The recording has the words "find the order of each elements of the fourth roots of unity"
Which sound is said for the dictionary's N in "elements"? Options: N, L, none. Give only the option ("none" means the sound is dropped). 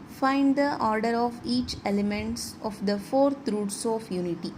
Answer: N